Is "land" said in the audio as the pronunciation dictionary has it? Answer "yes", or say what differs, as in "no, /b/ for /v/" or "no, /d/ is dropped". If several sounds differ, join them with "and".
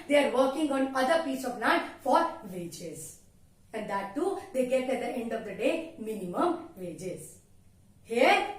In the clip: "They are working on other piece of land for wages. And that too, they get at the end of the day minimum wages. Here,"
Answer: no, /n/ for /l/